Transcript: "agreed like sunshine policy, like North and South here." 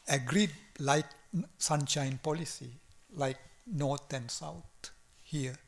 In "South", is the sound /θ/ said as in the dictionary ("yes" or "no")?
no